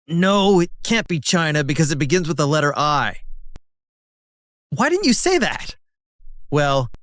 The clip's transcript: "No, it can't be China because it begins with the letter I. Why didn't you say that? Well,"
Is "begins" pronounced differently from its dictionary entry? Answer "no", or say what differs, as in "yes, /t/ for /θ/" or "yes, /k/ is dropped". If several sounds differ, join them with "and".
no